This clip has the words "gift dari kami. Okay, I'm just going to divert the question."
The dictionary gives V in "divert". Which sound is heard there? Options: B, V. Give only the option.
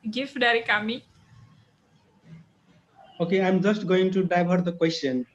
B